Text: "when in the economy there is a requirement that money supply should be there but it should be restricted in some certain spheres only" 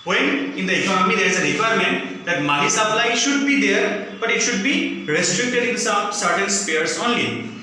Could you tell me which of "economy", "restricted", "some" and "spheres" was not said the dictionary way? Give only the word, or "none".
spheres